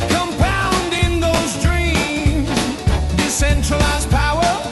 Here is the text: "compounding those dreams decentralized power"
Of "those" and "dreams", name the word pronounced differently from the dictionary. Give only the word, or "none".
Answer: none